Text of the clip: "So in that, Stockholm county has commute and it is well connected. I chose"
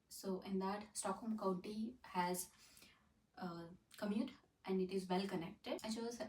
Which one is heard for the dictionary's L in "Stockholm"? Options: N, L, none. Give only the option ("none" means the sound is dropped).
none